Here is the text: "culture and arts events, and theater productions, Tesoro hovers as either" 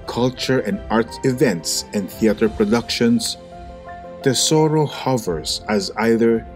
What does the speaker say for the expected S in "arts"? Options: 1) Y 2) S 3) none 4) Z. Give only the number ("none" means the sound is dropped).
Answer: 3